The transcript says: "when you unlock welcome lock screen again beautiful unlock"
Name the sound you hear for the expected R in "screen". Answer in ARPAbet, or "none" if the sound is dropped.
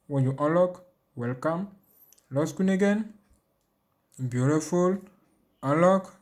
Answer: none